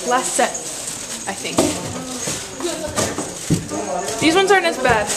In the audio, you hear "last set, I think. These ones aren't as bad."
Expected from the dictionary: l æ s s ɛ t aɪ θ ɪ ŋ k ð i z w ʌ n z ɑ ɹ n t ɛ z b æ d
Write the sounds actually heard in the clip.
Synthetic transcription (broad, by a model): l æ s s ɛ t aɪ θ ɪ ŋ k ð i z w ʌ n z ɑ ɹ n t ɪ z b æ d